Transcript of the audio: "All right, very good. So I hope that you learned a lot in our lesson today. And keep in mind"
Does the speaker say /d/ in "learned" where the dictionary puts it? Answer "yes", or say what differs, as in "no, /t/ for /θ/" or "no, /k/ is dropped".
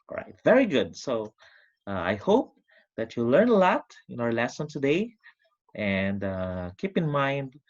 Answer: no, /d/ is dropped